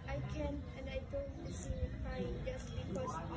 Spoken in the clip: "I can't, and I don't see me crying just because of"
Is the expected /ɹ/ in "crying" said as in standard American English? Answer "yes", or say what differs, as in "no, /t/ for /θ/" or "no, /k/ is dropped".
no, /ɹ/ is dropped